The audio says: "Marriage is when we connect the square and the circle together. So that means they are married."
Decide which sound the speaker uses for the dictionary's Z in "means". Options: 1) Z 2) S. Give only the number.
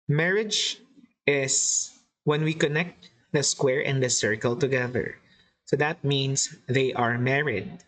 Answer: 2